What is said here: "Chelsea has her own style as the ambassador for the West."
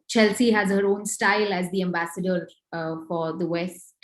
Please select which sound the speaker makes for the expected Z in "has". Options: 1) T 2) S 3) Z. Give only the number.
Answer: 3